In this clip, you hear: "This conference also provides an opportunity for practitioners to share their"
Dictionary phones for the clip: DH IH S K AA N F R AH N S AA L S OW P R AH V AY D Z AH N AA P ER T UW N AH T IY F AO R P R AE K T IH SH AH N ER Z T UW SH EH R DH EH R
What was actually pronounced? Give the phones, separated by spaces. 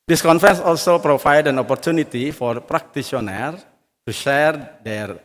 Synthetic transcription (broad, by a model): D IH S K AA N F R AH N S AA L S OW P R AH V AY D AH N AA P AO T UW N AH T IY F AO R P R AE K T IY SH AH N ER T UW SH EH R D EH R